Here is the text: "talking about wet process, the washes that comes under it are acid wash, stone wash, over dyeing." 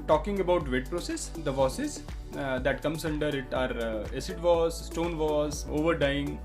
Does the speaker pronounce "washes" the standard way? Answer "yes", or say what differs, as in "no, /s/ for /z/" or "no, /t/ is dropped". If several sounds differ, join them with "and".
no, /s/ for /ʃ/